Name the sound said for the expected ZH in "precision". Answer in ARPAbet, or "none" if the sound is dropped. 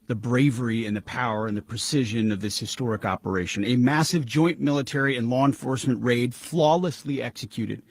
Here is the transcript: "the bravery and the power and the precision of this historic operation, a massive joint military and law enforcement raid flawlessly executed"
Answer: ZH